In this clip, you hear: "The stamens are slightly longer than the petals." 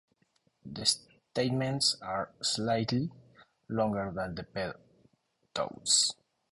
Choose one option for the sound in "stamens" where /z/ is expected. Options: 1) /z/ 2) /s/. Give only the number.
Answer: 2